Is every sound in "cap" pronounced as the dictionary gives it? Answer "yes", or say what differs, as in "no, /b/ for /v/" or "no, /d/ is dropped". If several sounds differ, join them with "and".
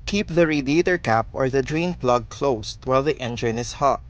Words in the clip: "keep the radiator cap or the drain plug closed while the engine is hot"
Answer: yes